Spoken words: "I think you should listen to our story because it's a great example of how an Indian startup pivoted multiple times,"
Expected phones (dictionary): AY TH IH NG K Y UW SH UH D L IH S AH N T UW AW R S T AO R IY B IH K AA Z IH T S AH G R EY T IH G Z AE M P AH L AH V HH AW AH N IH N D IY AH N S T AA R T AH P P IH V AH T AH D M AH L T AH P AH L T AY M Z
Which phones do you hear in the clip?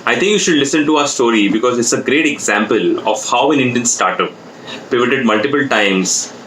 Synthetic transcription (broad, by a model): AY T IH NG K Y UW SH UH D L IH S AH N T UW AW R S T AO R IY B IH K AA Z IH T S AH G R EY T IH G Z AE M P AH L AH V HH AW AH N IH N D IY AH N S T AA R T AH P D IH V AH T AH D M AH L T AH P AH L T AY M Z